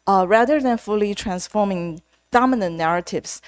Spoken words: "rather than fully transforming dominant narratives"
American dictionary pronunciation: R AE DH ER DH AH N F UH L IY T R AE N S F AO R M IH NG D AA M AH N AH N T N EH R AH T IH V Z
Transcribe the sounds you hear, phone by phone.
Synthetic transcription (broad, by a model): R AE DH ER DH AH N F UH L IY T R AE N S F AO R M IH NG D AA M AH N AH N N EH R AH T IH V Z